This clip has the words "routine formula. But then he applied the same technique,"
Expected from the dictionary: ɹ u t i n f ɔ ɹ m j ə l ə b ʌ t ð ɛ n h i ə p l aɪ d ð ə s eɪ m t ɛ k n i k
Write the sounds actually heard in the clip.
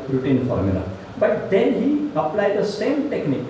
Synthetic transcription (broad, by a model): ɹ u t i n f ɔ ɹ m j ə l ə b ʌ t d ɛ n h i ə p l aɪ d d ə s eɪ m t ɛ k n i k